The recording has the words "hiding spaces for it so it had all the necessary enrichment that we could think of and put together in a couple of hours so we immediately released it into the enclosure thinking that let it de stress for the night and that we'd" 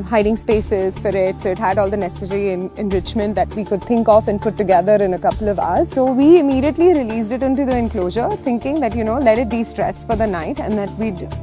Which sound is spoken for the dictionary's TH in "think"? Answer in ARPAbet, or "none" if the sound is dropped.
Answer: T